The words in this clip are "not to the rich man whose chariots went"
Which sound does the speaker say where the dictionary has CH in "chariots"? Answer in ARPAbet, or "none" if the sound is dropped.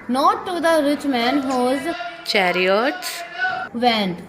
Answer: CH